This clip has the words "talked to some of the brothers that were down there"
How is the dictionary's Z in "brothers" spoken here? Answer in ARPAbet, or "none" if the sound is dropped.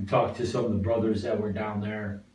Z